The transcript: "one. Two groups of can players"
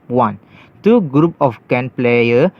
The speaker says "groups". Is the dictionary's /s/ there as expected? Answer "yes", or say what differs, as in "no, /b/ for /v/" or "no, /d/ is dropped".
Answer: no, /s/ is dropped